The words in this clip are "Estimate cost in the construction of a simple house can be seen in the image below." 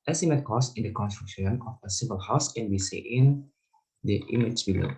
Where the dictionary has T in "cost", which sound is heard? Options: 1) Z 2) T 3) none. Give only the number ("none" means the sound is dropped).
3